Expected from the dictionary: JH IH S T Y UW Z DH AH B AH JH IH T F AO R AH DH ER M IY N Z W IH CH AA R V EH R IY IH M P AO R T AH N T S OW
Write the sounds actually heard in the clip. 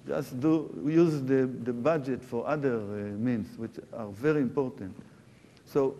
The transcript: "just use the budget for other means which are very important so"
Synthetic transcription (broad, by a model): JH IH S T Y UW Z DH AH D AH JH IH T F AO R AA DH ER M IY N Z W IH CH AA R V EH R IY IH M P AO R T AH N T S OW